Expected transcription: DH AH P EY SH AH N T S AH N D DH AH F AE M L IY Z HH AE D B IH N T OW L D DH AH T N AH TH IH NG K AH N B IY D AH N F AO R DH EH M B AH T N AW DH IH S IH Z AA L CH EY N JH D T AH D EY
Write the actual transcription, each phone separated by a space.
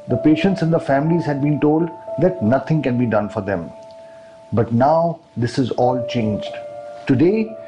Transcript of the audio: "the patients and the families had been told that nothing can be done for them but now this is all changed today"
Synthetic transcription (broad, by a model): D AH P EY SH AH N T S AH N D AH F AE M L IY Z HH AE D B IH N T OW L D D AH T N AH T IH NG K AH N B IY D AH N F AO R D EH M B AH T N AW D IH S IH Z AA L CH EY N JH D T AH D EY